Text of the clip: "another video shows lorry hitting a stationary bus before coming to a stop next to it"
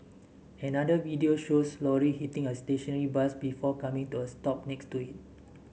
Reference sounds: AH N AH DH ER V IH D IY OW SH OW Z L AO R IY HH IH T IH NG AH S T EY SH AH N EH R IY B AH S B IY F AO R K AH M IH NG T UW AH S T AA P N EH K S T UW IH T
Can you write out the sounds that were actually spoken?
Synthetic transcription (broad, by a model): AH N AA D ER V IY D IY OW SH OW S L AO R IY HH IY T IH NG AH S T EY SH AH N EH R IY B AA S B IY F AO K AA M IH NG T UW AH S T AA P N EH K S T UW IH T